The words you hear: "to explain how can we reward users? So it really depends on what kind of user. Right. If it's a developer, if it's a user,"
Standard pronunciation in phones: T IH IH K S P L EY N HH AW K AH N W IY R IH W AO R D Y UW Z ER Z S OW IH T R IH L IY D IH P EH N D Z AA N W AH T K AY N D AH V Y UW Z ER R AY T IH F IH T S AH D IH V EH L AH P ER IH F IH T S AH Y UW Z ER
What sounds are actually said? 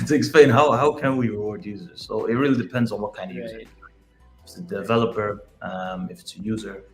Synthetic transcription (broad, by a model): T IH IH K S P L EY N HH AW K AH N W IY R IH W AO R D Y UW Z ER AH S OW IH T R IH L IY D IH P EH N D Z N W AH T K AY N D AH V Y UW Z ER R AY IH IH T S AH D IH V EH L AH P ER IH F IH T S AH Y UW Z ER